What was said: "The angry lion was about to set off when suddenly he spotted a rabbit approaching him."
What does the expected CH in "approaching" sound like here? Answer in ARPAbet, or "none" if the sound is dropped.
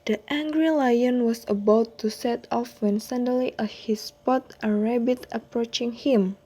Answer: CH